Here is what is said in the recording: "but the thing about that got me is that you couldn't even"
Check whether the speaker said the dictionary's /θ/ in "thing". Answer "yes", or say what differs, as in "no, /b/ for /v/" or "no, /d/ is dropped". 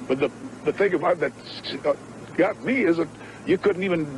yes